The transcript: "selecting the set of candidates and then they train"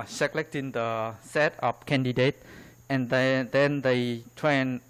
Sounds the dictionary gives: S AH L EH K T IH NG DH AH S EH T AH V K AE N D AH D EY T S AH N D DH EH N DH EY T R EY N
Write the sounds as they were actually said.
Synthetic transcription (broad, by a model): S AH L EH K T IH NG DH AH S EH T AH P K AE N D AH D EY T AH N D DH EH N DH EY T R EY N